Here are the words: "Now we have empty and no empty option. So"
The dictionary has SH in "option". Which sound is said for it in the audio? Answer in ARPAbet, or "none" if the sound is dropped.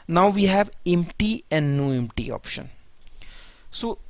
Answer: SH